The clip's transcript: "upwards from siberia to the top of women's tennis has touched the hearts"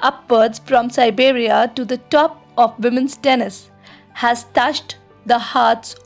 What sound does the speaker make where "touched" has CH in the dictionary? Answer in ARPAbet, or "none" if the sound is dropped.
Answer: SH